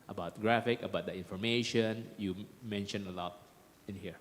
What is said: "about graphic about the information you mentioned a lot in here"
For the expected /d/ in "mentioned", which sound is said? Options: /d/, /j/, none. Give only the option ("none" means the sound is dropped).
none